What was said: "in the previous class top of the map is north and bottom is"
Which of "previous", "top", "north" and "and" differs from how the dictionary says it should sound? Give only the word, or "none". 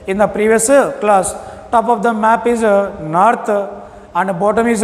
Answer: north